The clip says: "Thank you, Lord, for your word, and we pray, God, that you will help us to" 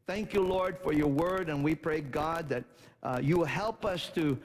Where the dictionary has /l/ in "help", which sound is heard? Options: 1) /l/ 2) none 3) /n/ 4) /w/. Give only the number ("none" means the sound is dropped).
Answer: 1